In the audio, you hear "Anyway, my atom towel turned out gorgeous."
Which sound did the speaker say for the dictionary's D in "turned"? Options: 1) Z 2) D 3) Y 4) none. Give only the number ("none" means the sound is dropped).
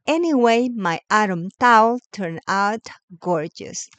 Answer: 4